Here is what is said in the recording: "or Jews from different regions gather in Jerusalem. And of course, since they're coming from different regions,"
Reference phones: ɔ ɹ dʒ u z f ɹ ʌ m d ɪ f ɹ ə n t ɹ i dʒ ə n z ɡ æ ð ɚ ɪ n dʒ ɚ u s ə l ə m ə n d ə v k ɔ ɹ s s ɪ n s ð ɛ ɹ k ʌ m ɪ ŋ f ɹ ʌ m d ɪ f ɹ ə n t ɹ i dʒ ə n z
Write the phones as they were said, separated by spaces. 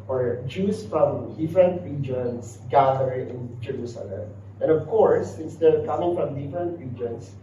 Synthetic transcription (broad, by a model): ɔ ɹ dʒ u s f ɹ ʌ m d ɪ f ɹ ə n t ɹ i dʒ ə n s ɡ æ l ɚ ɪ n dʒ ɚ u s ə l ə m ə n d ə v k ɔ ɹ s s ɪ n s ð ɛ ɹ k ʌ m ɪ ŋ f ɹ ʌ m d ɪ f ɹ ə n t ɹ i dʒ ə n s